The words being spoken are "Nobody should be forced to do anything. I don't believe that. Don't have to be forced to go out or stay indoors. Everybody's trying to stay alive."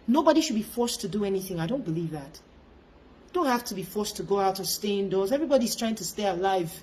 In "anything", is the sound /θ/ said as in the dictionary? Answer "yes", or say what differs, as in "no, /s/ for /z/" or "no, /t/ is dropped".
yes